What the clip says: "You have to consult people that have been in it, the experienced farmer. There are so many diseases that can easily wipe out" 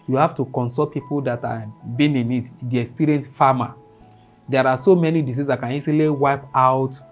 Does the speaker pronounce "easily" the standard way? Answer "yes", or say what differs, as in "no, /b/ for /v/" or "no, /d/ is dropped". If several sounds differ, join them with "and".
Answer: no, /s/ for /z/